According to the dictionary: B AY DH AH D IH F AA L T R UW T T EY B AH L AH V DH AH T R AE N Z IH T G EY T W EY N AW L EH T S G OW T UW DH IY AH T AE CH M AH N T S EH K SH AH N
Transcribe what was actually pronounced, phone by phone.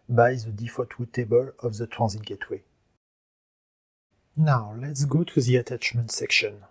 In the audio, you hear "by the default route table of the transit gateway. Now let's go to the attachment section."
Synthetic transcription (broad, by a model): B AY DH AH D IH F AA T W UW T T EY B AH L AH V DH AH T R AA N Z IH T G EY T W EY N AW L EH T S G OW T UW DH IY AH T AE CH M AH N T S EH K SH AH N